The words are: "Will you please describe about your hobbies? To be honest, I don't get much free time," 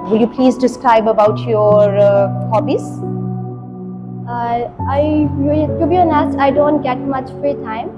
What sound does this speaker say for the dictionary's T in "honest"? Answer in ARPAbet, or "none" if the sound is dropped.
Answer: none